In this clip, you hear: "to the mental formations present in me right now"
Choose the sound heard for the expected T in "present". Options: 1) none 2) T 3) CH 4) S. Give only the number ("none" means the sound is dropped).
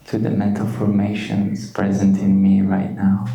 2